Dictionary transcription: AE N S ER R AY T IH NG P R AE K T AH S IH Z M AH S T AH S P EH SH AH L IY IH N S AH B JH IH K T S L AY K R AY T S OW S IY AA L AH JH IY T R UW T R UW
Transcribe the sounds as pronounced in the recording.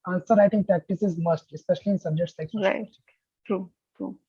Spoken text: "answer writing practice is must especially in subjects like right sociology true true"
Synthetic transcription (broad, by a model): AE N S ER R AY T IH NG P R AE K T AH S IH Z M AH S T AH S P EH SH AH L IY IH N S AH B JH IH K T S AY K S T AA AH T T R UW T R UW